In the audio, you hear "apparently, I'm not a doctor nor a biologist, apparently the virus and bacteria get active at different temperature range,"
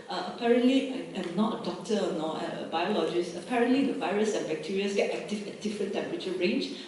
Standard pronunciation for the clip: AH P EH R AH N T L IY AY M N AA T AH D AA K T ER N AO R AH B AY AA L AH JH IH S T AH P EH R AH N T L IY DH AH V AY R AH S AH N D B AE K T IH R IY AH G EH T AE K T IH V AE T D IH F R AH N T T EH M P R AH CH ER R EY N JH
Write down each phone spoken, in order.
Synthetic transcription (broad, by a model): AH P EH R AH N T L IY AY M N AA T AH D AA K T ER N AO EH AH B AY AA L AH JH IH S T AH P EH R AH N T L IY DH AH V AY R AH S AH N B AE K T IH R IY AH G EH T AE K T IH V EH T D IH F R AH N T T EH M P R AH CH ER R EY N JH